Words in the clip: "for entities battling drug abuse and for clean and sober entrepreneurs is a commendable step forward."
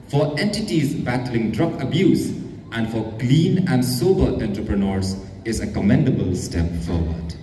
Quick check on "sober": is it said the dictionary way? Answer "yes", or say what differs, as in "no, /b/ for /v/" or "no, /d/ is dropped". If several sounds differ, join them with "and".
yes